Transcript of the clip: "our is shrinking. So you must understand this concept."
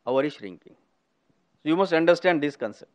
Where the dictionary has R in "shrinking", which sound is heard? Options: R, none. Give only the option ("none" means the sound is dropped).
R